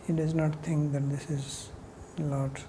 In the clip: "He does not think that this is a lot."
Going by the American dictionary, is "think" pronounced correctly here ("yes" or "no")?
no